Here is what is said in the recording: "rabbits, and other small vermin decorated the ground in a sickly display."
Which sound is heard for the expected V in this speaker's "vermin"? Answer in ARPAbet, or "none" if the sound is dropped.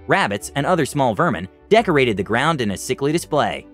V